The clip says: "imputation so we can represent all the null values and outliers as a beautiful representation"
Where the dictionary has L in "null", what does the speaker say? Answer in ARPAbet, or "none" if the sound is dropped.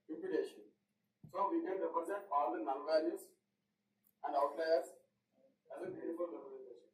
N